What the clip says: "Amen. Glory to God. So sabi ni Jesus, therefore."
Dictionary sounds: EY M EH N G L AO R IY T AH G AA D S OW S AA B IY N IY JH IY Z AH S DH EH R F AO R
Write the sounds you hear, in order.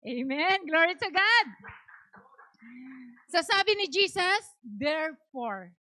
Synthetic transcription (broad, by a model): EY M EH N G L AO R IY T AH G AA D S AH S AA B IY N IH JH IY S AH S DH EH R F AO R